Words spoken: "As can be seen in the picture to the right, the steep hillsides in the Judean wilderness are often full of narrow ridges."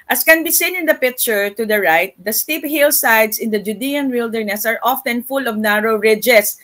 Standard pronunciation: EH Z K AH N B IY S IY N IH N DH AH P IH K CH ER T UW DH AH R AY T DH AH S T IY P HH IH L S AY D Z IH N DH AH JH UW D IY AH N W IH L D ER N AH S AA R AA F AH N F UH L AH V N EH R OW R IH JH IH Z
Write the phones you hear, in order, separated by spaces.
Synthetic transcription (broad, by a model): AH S K AH N B IY S IY N IH N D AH P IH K CH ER T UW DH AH R AY T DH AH S T IY P HH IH L S AY D S IH N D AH JH UW D IY AH N W IH L D ER N AH S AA R AA F AH N F UH L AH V N EH R OW R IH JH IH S